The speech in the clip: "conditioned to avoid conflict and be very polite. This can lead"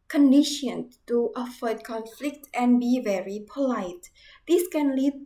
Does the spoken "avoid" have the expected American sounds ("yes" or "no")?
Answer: no